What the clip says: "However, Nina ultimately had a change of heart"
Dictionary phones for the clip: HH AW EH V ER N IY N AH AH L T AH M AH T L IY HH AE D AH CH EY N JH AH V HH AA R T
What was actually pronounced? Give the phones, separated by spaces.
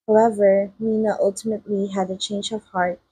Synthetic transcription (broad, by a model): HH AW EH V ER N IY N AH AH L T AH M AH T L IY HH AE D AH CH EY N JH AH V HH AA R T